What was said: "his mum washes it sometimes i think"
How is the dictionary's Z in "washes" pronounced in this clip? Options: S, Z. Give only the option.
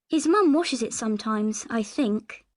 Z